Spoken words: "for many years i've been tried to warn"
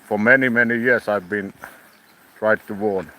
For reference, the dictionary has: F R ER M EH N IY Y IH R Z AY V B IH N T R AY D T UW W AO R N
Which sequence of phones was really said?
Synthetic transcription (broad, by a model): F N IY M EH N IY Y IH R S AY V B IH N T R AY D T UW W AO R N